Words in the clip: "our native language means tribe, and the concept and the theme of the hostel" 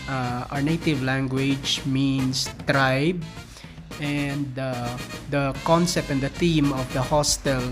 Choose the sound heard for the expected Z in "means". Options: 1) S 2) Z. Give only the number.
1